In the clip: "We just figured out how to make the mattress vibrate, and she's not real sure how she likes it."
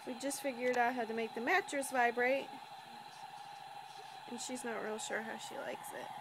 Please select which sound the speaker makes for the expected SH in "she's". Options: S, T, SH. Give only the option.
SH